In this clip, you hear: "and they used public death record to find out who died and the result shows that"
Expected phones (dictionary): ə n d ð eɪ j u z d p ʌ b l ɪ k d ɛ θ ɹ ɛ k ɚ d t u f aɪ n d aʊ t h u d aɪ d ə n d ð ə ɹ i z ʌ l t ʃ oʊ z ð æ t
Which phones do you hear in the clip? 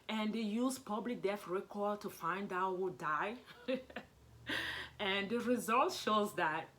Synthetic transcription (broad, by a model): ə n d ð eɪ j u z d p ʌ b l ɪ k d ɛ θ ɹ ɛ k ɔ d t u f aɪ n d aʊ t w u d aɪ ə n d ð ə ɹ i z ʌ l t ʃ oʊ z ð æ t